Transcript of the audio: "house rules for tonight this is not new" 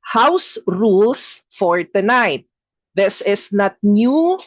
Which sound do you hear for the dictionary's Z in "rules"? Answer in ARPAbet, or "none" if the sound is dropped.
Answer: S